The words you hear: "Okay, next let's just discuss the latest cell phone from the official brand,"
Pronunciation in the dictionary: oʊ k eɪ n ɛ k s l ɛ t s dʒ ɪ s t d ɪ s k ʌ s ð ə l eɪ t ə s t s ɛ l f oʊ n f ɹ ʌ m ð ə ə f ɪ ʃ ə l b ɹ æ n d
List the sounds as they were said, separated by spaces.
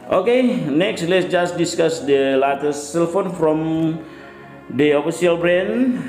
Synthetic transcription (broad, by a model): oʊ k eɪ n ɛ k s l ɛ t s dʒ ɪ s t d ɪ s k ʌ s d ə l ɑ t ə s s ɛ l f oʊ n f ɹ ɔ m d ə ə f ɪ s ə l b ɹ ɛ n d